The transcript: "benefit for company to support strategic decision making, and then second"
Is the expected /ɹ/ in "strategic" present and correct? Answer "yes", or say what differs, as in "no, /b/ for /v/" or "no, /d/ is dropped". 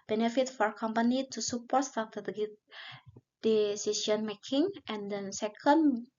no, /ɹ/ is dropped